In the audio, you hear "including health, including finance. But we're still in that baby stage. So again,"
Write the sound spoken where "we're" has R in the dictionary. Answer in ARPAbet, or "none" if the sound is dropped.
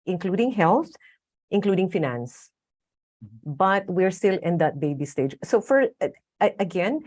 R